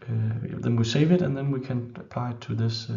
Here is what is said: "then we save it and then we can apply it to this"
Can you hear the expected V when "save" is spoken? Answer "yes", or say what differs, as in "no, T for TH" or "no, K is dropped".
yes